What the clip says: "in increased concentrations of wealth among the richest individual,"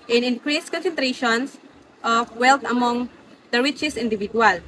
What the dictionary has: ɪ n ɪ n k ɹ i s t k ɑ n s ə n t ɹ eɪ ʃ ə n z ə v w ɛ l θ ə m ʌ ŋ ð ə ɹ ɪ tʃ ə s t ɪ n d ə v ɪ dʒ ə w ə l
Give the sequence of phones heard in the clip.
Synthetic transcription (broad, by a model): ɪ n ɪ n k ɹ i s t k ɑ n s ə n t ɹ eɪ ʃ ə n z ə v w ɛ l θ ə m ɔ ŋ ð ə ɹ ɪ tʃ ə s ɪ n d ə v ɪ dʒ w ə l